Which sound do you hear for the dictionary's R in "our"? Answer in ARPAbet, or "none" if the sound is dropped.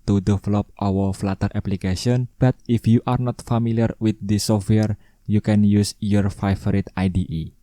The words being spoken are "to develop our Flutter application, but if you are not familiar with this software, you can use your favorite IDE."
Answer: W